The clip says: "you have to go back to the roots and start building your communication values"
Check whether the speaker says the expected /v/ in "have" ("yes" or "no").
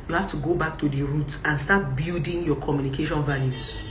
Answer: no